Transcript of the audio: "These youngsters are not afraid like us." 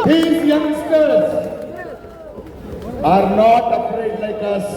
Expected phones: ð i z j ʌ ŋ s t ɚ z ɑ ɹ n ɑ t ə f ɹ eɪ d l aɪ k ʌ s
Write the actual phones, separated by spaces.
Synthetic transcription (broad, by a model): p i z j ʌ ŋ s t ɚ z ɑ ɹ n ɑ t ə p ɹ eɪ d l aɪ k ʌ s